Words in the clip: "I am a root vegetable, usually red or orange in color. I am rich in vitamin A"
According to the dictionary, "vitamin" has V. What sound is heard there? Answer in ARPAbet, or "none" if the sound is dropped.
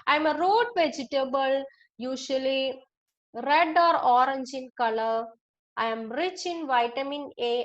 V